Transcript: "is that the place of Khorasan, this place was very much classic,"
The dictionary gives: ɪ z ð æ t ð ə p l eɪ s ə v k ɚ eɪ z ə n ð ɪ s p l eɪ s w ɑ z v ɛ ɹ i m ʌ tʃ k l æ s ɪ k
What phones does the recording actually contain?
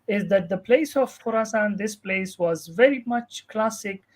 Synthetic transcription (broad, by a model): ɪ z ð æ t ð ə p l eɪ s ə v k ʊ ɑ s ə n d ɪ s p l eɪ s w ɑ z v ɛ ɹ i m ʌ tʃ k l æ s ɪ k